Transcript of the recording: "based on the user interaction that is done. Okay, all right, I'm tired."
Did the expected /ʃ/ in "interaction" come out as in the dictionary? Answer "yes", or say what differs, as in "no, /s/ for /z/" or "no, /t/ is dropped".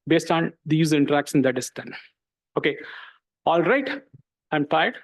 no, /s/ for /ʃ/